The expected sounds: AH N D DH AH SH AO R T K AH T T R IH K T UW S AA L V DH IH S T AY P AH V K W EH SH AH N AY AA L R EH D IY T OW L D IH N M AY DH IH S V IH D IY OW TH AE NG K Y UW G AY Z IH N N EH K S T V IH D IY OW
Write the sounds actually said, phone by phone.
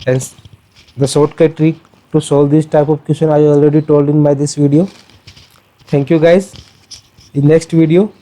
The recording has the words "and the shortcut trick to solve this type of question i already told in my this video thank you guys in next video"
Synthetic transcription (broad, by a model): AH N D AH S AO R T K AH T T R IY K T UW S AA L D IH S T AY P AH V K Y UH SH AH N AY AA L R EH D IY T OW L D IH N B AY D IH S V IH D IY OW T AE NG K Y UW G AY Z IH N N EH K S T V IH D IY OW